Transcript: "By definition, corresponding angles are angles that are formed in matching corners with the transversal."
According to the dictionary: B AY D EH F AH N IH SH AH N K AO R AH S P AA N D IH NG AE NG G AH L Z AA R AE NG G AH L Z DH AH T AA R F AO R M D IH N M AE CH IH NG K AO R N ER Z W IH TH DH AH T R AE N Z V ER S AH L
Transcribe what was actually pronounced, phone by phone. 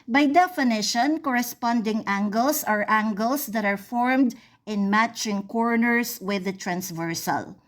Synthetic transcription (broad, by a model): B AY D EH F AH N IH SH AH N K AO R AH S P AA N D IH NG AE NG G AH L S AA R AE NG G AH L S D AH T AA R F AO R M D IH N M AE CH IH NG K AO R N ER S W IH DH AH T R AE N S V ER S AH L